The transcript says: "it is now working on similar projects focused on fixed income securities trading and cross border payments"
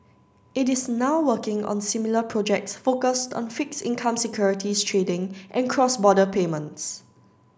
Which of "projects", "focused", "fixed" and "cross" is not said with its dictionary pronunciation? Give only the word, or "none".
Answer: fixed